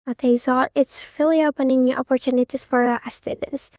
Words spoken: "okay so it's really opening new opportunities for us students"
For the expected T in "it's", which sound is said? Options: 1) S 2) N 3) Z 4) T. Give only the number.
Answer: 4